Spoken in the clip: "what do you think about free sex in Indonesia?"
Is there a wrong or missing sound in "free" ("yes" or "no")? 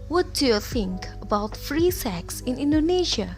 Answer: no